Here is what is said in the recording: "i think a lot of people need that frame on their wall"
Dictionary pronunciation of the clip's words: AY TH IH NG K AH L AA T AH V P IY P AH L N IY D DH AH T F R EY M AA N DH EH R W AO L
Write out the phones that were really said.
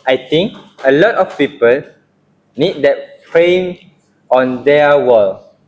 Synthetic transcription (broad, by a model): AY T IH NG K AH L AA T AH F P IY P AH L N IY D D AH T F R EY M AA N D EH W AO L